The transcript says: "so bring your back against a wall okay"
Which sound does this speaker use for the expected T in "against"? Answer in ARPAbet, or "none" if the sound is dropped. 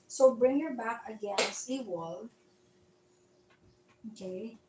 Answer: none